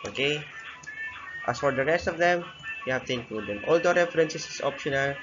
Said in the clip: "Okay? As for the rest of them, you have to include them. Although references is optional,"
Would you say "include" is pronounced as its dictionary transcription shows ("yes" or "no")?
no